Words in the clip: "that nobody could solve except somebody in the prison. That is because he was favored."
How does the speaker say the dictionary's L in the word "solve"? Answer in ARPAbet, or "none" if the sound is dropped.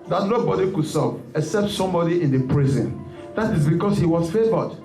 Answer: none